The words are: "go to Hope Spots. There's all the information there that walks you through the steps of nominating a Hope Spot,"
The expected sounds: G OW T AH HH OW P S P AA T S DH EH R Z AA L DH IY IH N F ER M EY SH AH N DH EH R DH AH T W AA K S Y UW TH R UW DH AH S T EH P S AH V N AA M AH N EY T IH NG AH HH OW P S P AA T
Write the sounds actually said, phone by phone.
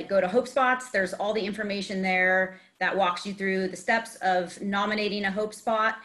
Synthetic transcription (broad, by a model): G OW T AH HH OW P S P AA T S DH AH R Z AA L DH IY IH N F ER M EY SH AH N DH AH R DH AH T W AA K S Y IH TH R UW DH AH S T EH P S AH V N AA M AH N EY T IH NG AH HH OW P S P AA T